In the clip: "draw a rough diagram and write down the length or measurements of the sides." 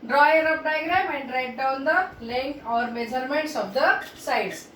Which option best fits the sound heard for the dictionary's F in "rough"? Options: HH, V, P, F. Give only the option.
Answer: P